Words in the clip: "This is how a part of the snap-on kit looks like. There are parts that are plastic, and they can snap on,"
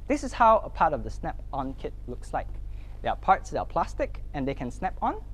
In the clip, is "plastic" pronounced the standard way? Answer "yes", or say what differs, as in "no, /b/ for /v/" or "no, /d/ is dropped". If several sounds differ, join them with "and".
yes